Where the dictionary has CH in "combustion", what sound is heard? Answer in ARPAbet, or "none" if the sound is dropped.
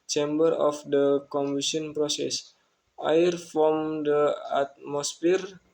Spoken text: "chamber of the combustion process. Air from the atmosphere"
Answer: none